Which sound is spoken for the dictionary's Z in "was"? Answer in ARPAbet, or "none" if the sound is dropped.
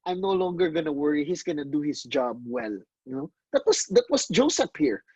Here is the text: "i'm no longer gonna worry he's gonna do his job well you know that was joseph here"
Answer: S